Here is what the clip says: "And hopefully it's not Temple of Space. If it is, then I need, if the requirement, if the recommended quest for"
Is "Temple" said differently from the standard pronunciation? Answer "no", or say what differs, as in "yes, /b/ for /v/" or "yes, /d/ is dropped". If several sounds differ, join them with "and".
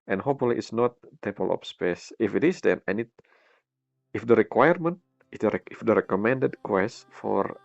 yes, /m/ is dropped